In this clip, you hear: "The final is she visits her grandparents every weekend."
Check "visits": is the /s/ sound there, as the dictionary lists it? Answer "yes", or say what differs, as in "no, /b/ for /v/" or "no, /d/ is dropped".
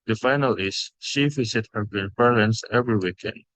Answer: no, /s/ is dropped